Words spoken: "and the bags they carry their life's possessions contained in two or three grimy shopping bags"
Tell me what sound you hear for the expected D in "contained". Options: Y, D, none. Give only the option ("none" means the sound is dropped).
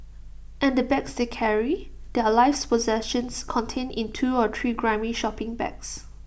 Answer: none